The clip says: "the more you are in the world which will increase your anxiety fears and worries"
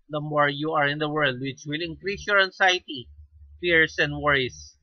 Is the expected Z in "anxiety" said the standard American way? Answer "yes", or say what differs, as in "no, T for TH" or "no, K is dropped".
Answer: no, S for Z